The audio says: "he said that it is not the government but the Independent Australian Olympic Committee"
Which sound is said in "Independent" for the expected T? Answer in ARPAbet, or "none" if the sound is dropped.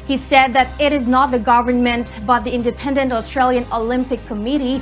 T